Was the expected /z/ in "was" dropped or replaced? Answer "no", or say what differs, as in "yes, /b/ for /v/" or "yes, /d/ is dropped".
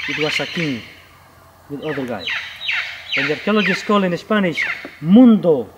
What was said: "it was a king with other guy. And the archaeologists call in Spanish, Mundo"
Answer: yes, /s/ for /z/